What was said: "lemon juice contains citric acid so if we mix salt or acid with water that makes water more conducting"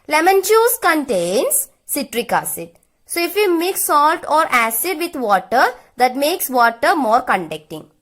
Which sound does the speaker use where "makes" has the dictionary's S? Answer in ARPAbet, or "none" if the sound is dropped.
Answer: S